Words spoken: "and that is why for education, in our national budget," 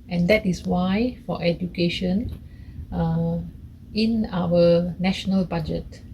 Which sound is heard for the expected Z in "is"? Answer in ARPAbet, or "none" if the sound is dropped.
S